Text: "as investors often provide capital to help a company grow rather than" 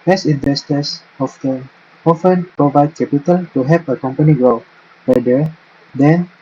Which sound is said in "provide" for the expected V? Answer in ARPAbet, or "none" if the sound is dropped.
V